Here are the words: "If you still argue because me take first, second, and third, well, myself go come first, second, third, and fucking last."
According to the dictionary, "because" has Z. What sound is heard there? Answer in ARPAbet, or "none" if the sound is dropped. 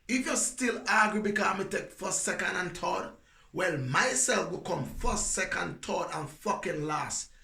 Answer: none